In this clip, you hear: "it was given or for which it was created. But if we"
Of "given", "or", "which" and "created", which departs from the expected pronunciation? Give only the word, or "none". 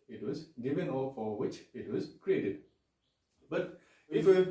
or